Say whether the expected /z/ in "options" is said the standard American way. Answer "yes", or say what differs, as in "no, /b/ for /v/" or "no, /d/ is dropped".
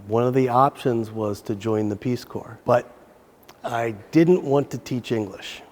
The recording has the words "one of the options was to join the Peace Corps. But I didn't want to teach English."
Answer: yes